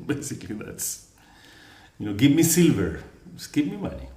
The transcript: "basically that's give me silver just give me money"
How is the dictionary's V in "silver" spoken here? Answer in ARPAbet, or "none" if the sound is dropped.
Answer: V